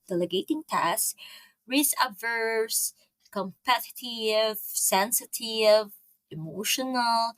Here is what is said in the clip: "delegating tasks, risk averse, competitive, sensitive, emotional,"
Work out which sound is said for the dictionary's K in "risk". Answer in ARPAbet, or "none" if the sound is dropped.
none